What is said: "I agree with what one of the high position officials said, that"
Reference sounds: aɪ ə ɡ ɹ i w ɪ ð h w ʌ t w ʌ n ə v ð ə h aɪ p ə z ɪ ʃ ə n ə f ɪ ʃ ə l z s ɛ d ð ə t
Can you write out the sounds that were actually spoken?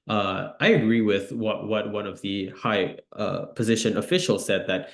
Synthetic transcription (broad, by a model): aɪ ə ɡ ɹ i w ɪ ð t w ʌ t w ʌ n ə v ð ə h aɪ p ə z ɪ ʃ ə n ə f ɪ ʃ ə l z s ɛ d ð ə t